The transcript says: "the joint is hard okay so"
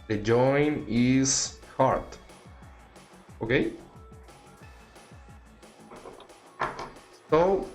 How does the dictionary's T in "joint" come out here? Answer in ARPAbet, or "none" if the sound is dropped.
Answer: none